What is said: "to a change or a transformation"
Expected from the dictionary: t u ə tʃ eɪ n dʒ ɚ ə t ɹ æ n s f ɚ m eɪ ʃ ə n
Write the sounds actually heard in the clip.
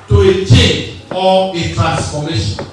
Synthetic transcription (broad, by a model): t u ə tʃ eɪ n ɔ ə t ɹ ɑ n s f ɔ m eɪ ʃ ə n